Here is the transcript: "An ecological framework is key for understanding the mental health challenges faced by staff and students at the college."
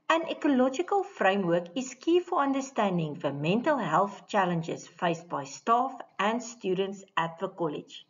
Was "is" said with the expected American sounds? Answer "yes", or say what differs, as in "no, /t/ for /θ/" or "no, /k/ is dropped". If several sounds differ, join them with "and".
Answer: no, /s/ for /z/